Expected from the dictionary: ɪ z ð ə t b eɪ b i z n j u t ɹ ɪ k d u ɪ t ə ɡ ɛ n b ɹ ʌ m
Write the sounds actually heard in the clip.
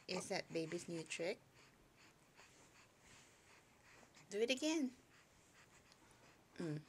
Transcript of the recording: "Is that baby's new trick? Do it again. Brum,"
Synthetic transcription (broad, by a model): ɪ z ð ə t b eɪ b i s n j u t ɹ ɪ k d u ɪ t ə ɡ ɛ n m